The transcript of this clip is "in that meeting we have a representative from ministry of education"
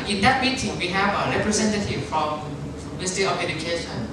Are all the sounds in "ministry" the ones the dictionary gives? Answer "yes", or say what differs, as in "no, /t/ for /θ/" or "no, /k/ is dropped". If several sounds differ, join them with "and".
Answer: no, /ɹ/ is dropped